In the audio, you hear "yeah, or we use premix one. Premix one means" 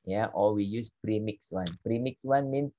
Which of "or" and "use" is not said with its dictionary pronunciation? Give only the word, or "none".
or